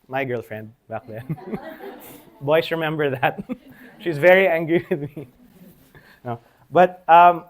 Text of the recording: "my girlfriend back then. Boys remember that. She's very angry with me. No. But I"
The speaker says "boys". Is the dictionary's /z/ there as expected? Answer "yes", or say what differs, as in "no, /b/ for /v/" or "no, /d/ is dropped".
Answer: no, /s/ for /z/